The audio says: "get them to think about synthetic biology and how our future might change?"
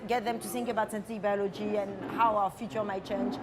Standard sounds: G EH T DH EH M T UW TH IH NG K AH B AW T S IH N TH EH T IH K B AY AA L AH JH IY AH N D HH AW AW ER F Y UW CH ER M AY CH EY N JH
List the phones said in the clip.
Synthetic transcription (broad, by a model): G EH T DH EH M T UW TH IH NG K AH B AW T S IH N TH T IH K B AY AA L AH JH IY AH N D HH AW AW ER F Y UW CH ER M AY CH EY N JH